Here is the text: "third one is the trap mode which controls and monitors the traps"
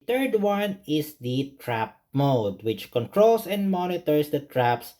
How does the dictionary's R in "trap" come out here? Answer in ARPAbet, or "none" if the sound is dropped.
R